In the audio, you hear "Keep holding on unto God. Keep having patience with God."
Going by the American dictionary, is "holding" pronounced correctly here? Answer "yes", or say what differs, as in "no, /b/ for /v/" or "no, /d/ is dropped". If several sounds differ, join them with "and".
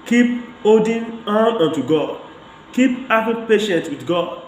no, /l/ is dropped